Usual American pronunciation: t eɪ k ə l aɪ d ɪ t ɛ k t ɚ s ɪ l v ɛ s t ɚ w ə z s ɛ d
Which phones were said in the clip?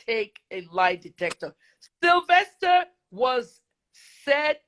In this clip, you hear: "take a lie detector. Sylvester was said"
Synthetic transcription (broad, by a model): eɪ k ə l aɪ d ɪ t ɛ k t ɚ s ɪ l v ɛ s t ɚ w ə z s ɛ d